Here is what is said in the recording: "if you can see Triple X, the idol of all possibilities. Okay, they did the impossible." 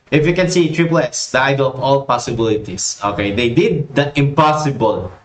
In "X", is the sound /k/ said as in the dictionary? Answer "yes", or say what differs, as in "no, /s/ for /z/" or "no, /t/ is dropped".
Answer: no, /k/ is dropped